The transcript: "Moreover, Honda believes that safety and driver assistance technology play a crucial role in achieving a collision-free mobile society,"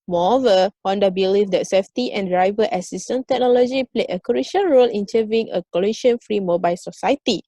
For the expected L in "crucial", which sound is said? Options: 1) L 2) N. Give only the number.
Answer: 2